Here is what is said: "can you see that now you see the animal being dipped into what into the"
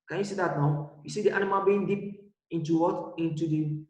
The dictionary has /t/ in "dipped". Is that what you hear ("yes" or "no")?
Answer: no